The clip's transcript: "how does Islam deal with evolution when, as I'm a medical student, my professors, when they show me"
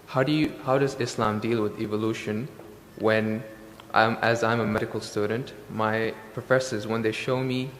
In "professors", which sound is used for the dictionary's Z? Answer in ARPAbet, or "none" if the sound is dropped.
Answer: Z